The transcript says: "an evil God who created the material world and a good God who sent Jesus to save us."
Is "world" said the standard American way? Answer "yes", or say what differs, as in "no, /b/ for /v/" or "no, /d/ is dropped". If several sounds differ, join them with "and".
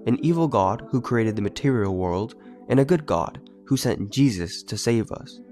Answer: yes